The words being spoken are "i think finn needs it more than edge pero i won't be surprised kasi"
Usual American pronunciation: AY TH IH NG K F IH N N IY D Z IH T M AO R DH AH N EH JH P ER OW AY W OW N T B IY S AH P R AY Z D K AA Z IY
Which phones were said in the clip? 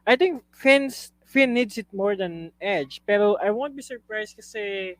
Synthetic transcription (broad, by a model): AY T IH NG K F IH N N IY D S IH T M AO R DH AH N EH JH P ER OW AY W OW N T B IY S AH P R AY S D K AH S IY